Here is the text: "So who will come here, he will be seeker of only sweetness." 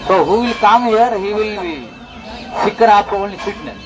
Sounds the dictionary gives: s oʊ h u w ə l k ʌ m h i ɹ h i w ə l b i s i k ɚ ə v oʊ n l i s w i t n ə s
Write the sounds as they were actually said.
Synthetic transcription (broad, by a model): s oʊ h u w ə l k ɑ m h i ɹ h i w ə l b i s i k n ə p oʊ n i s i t n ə